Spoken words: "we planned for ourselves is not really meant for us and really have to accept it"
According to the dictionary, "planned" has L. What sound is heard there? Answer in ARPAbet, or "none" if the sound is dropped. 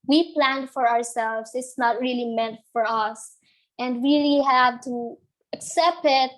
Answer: L